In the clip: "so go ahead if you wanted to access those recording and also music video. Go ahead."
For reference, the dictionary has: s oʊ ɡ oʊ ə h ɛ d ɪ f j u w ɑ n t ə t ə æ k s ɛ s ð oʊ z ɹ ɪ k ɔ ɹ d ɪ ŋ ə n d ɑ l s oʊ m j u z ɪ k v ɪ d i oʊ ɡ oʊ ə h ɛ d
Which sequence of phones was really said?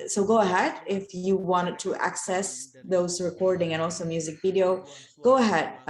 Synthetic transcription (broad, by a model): s oʊ ɡ oʊ ə h ɛ d ɪ f j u w ɑ n t ə t æ k s ɛ s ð oʊ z ɹ ɪ k ɔ ɹ d ɪ ŋ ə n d ɑ l s oʊ m j u z ɪ k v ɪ d i oʊ ɡ oʊ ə h ɛ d